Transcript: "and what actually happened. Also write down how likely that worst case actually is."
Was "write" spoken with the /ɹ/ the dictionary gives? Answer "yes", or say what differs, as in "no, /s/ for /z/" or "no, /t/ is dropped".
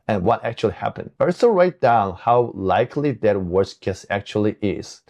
yes